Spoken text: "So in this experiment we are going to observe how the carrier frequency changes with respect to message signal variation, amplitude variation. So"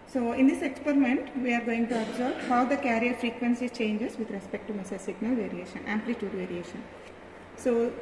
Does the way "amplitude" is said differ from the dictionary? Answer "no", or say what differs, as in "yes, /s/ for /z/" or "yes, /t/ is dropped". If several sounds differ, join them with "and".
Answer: no